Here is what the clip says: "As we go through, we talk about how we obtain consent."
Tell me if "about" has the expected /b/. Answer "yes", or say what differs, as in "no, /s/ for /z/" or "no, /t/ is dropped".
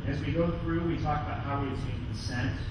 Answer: yes